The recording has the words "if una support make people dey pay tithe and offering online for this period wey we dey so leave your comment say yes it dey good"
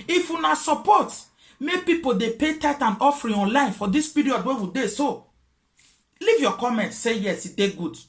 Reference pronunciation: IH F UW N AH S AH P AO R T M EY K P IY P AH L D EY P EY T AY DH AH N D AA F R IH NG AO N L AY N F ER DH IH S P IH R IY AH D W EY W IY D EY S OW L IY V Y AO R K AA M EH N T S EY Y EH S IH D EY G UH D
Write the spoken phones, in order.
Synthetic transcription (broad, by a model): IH F UW N AH S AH P AO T M EY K P IY P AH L D EY P EY T AY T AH N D AA F R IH AO N L AY N F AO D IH S P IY R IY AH D W EY W IY D EY S OW L IY V Y AO K AA M EH N T S EY Y EH S IH D EY G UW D